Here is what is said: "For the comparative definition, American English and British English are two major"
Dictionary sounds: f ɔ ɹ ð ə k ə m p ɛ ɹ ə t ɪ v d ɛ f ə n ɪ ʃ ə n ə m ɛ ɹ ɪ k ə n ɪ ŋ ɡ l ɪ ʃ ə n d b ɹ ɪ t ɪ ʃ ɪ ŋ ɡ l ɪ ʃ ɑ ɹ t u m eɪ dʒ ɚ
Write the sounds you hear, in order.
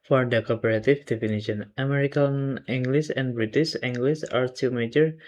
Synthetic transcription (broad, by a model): f ɔ ɹ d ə k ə p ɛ ɹ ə t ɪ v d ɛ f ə n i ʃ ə n ə m ɛ ɹ ɪ k ə n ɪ ŋ ɡ l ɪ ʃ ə n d b ɹ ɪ t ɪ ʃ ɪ ŋ ɡ l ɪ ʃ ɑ ɹ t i m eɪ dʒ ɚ